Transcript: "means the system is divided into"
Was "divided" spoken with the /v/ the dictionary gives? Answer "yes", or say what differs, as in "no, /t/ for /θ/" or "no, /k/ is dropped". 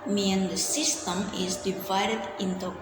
yes